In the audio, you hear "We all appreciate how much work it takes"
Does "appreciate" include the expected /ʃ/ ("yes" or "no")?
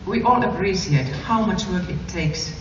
no